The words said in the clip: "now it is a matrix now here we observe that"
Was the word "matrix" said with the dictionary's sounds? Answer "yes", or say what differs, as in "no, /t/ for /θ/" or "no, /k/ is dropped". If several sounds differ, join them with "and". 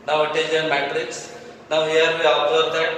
yes